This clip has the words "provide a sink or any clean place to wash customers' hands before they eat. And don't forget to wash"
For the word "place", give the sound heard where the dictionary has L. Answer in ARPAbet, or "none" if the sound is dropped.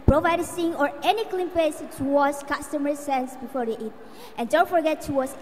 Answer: none